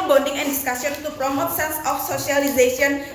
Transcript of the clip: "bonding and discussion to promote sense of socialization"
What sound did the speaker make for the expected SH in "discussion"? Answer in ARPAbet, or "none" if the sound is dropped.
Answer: S